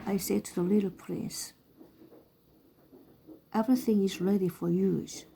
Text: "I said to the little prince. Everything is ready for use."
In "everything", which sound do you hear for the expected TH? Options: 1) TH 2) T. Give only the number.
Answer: 1